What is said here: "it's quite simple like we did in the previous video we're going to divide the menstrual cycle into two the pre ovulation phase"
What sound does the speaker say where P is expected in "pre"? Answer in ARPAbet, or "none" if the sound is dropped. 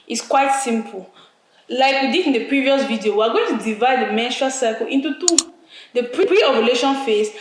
P